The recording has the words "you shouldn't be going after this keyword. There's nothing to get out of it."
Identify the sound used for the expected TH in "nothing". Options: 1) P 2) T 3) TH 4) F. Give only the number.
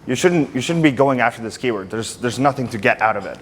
3